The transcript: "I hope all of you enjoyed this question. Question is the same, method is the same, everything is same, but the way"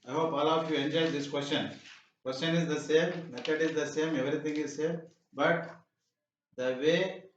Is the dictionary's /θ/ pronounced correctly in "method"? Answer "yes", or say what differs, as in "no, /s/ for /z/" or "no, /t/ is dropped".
no, /t/ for /θ/